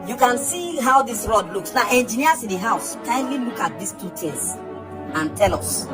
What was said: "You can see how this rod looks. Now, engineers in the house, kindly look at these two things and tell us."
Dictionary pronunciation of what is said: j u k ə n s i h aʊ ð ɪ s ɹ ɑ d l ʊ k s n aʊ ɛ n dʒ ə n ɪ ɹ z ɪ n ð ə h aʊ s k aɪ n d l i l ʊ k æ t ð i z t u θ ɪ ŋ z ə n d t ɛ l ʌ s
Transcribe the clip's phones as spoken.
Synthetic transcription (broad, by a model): j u k ə n s i h aʊ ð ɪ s ɹ ɑ d l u k s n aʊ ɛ n dʒ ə n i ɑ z ɪ n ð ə h aʊ s k aɪ n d l i l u k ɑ t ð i s t u t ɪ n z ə n t ɛ l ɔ s